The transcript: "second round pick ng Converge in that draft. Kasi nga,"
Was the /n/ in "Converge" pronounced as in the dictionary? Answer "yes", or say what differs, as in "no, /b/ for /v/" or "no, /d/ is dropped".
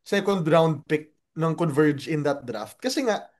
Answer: yes